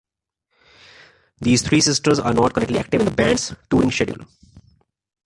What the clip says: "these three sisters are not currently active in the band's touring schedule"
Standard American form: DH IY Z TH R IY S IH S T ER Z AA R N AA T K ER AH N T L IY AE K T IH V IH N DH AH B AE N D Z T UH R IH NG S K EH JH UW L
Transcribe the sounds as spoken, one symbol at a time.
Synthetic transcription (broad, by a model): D IY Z T R IY S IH S T ER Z AA R N AA T K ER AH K T L IY AE K T IH V IH N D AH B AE N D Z T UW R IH NG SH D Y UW L